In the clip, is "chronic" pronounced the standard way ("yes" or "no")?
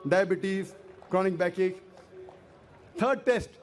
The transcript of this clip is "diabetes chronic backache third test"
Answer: yes